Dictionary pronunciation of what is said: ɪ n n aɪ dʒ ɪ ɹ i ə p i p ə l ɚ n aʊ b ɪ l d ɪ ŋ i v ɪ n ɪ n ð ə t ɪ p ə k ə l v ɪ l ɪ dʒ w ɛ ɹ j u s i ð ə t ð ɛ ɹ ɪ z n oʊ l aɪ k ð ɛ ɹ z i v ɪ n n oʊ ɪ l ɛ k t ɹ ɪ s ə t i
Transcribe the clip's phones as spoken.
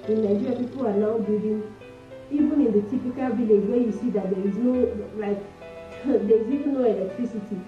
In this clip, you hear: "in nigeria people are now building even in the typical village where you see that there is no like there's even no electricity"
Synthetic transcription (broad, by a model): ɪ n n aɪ dʒ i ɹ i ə p i p ə l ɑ n aʊ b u d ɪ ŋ i v ɪ n ɪ n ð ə t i p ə k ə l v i l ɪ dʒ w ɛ j u s i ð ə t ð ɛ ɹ ɪ z n oʊ l aɪ k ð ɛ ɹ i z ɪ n n oʊ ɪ l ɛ k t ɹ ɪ s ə t i